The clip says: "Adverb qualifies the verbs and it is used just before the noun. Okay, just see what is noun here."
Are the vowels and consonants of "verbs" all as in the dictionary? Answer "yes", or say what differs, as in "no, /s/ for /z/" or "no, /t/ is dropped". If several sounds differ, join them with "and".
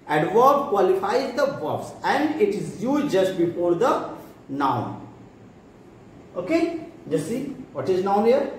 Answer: no, /b/ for /v/